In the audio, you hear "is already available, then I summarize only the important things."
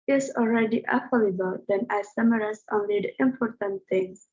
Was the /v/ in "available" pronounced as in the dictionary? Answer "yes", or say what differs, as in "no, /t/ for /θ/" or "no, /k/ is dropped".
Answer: no, /f/ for /v/